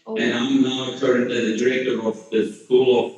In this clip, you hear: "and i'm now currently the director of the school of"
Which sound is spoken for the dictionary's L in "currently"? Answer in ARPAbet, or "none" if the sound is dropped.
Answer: none